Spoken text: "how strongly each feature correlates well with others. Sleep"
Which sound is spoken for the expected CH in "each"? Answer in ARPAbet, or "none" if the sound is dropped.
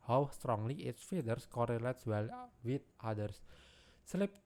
S